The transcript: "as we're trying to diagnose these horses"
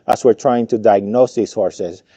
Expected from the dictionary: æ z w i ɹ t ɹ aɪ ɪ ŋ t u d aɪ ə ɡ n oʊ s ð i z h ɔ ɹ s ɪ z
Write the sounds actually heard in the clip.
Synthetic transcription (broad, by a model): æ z w i ɹ t ɹ aɪ ɪ ŋ t u d aɪ ə ɡ n oʊ s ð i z h ɔ ɹ s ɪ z